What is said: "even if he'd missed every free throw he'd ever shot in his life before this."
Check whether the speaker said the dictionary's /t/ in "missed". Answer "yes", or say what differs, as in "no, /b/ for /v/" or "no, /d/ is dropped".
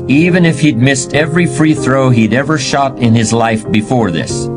yes